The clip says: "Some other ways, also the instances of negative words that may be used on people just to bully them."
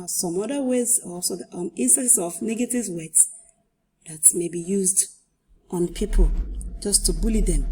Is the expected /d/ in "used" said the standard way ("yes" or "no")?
yes